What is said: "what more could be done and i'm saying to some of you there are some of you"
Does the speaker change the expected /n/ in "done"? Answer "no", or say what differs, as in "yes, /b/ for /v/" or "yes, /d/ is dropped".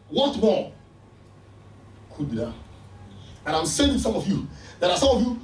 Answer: yes, /n/ is dropped